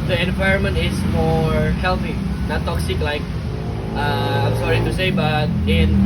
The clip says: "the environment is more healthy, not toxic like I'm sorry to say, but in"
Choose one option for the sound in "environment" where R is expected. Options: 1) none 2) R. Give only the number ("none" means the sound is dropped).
2